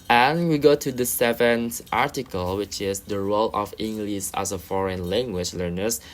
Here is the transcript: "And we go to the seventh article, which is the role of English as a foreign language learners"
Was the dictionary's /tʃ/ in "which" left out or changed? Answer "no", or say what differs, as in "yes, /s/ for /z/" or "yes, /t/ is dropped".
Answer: no